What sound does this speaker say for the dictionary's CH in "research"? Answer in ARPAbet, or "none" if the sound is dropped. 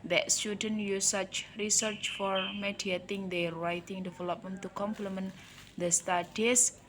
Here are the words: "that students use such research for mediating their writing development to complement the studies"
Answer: CH